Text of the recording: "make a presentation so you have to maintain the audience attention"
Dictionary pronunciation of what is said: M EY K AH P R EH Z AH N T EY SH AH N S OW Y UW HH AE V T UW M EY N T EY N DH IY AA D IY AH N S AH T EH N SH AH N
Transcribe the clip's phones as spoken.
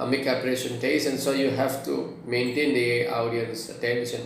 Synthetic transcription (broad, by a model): M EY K AH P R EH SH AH N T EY S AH N S OW Y UW HH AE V T UW M EY N T EY N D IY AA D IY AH N S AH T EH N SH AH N